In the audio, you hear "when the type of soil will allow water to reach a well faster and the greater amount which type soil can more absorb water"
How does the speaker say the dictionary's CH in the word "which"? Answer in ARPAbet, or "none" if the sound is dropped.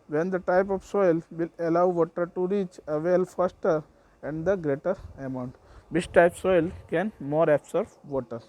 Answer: S